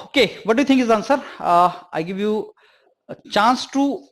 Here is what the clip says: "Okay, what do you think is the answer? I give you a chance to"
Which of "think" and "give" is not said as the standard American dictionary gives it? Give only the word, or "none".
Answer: think